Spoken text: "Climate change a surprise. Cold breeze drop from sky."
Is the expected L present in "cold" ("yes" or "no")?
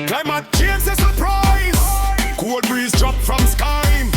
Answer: no